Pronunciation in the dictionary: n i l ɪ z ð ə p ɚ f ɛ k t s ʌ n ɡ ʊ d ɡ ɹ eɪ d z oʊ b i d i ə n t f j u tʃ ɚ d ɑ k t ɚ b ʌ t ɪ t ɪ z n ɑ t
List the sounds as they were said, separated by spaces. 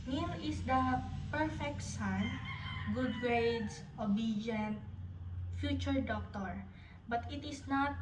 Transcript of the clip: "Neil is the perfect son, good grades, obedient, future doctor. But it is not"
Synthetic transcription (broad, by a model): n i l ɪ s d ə p ɚ f ɛ k t s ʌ n ɡ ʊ d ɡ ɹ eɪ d s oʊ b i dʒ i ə n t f j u tʃ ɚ d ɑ k t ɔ b ʌ t ɪ t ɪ s n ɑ t